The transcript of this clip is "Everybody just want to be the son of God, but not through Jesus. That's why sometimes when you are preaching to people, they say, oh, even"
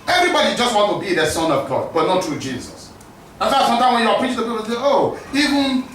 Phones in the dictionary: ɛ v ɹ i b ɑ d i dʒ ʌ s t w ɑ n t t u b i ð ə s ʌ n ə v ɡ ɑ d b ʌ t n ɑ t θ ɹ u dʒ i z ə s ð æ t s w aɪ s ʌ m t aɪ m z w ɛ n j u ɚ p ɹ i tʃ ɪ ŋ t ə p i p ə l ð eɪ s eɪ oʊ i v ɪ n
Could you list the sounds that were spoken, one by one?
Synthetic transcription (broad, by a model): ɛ v ɹ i b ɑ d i dʒ ʌ s t w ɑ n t t u b i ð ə s ʌ n ə v ɡ ɑ d b ʌ t n ɑ t ɹ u dʒ i z ə s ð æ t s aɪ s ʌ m t aɪ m w ɛ n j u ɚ p ɹ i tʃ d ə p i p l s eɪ oʊ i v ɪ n